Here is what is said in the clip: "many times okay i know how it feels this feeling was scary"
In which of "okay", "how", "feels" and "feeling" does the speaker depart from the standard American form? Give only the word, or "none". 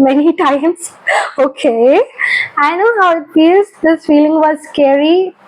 feels